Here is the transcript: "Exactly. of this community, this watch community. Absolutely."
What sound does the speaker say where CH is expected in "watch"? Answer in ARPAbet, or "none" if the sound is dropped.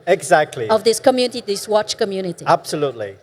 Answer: CH